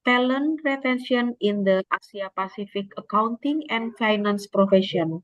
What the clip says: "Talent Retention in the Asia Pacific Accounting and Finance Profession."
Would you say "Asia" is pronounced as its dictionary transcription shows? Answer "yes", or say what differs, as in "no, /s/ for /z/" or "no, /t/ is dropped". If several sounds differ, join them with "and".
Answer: no, /s/ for /ʒ/